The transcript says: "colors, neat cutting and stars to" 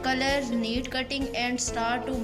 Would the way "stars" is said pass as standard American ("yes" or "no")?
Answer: no